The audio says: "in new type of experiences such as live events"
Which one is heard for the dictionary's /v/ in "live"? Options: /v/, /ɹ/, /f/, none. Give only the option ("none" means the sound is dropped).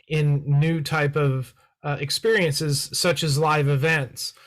/v/